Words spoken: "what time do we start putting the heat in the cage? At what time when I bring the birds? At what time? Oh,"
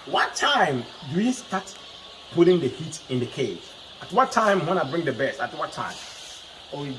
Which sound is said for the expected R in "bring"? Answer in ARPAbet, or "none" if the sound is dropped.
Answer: R